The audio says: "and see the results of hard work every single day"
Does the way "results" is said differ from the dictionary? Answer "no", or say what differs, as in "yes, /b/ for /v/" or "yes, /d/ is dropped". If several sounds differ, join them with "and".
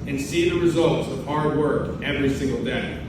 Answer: no